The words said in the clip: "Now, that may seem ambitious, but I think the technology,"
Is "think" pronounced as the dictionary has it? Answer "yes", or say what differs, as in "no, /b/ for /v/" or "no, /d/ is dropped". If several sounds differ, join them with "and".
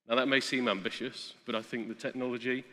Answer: yes